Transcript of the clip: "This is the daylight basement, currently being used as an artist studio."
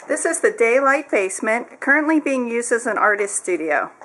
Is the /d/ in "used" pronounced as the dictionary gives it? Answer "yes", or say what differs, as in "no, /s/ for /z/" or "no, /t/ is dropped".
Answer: yes